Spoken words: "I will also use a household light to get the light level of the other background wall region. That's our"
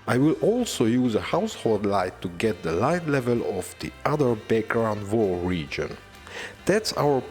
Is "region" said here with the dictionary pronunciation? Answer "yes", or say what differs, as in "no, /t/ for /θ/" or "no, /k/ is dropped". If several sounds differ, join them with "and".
yes